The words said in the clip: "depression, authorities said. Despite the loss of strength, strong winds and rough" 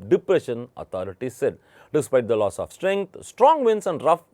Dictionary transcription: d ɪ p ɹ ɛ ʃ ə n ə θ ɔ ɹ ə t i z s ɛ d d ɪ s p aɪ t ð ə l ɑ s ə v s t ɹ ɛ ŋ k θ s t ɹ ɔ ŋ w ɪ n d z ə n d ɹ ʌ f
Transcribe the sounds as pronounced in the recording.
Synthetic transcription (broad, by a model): d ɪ p ɹ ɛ ʃ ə n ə t ɔ ɹ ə t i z s ɛ d d ɪ s p aɪ t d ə l ɑ s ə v s t ɹ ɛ ŋ k t s t ɹ ɔ ŋ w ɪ n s ə n d ɹ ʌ f